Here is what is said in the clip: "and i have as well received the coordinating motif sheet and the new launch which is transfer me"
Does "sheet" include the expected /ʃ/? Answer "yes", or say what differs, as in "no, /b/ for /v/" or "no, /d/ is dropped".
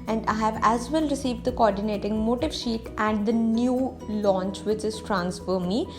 yes